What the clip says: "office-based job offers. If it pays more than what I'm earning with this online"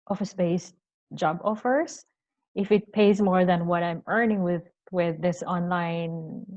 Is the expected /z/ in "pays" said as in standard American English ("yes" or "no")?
yes